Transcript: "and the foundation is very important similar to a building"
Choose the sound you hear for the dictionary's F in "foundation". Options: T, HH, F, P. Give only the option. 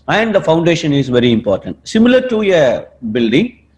F